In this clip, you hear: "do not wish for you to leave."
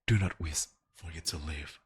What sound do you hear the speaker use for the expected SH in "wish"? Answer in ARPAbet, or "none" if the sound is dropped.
S